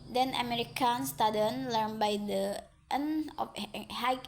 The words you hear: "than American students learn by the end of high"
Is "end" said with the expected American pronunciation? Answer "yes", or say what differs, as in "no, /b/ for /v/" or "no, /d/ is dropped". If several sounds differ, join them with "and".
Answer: no, /d/ is dropped